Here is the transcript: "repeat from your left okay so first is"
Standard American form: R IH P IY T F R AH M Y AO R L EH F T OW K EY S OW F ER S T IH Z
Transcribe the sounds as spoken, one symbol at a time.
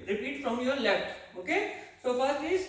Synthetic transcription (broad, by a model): R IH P IY T F R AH M Y AO R L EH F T OW K EY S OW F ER T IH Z